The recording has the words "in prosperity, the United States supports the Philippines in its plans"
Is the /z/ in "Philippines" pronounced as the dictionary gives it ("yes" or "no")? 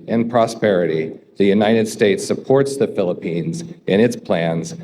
yes